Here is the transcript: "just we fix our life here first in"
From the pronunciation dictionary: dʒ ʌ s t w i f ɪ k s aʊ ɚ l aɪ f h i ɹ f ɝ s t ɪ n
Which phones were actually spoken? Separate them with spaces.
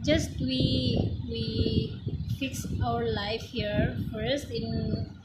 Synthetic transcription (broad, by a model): dʒ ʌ s t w i f ɪ k s aʊ ɚ l aɪ f h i ɹ f ɝ s t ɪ n